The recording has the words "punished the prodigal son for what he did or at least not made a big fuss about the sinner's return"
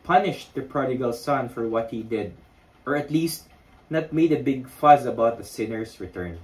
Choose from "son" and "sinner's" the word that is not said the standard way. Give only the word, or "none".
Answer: sinner's